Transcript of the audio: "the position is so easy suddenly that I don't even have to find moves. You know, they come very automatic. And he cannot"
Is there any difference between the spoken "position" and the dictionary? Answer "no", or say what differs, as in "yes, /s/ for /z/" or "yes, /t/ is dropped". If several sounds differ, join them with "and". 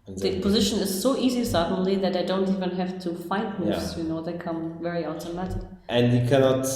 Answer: no